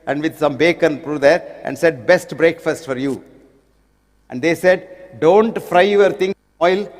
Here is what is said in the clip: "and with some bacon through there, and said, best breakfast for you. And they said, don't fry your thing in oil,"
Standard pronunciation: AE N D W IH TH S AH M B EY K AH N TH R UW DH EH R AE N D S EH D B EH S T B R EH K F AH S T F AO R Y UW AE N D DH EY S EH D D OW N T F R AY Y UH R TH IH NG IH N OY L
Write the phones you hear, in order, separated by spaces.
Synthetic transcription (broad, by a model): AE N D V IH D S AH M B EY K AH N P R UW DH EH R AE N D S EH D B EH S T B R EH K F AH S T F AO R Y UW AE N D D EY S EH D D OW N T F R AY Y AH R T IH NG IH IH L